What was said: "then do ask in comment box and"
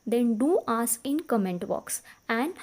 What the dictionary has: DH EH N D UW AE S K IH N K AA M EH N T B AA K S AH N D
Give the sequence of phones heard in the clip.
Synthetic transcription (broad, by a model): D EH N D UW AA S IH N K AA M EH N T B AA K S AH N D